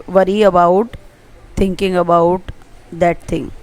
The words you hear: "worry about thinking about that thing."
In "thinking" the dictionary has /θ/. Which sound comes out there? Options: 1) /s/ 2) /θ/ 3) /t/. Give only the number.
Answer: 3